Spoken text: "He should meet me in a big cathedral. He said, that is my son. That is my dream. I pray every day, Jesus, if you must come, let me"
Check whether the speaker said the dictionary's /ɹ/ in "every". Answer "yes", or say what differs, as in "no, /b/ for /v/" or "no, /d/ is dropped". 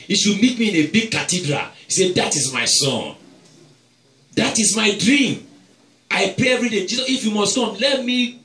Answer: yes